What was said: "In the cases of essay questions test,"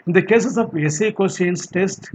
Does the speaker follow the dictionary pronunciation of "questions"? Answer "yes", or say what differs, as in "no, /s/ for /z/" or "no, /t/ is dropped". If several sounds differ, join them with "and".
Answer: no, /tʃ/ is dropped and /s/ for /z/